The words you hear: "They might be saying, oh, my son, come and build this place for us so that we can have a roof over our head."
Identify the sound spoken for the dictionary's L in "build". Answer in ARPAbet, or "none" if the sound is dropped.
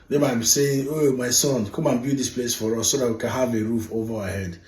none